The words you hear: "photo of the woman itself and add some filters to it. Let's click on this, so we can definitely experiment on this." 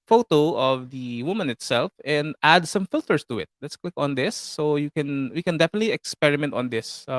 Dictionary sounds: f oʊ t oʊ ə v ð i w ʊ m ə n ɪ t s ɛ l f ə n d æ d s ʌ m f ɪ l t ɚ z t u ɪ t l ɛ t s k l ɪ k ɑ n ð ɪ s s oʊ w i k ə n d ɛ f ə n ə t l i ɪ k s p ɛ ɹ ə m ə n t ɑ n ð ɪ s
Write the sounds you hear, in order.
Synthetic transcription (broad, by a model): f oʊ t oʊ ə v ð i w ʊ m ə n ɪ t s ɛ l f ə n d æ d s ʌ m f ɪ l t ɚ s t u ɪ t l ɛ t s k w ɪ k ɑ n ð ɪ s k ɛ w i k ə n d ɛ f ə n ə t l i ɪ k s p ɛ ɹ ə m ə n t ɑ n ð ɪ s